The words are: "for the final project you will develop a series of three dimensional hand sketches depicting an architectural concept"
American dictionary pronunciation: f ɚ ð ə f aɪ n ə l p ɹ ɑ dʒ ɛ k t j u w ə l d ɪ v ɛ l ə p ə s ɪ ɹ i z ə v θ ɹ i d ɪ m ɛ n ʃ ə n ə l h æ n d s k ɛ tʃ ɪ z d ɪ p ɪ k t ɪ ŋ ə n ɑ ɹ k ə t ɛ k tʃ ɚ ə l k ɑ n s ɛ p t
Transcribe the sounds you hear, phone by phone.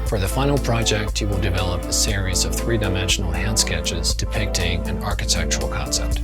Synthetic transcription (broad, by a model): f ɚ ð ə f aɪ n l p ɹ ɑ dʒ ɛ k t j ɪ w ə l d ɪ v ɛ l ə p ə s ɪ ɹ i z ə v θ ɹ i d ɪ m ɛ n ʃ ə n l h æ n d s k ɛ tʃ ɪ z d ɪ p ɪ k t ɪ ŋ ə n ɑ ɹ k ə t ɛ k tʃ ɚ l k ɑ n s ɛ p t